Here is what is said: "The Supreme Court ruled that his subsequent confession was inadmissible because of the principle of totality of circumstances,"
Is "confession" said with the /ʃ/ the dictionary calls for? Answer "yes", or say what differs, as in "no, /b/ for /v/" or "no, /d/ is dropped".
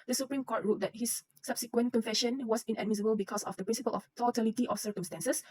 yes